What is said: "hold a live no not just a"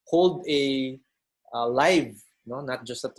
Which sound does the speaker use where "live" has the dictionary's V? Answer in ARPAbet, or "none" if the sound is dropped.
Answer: V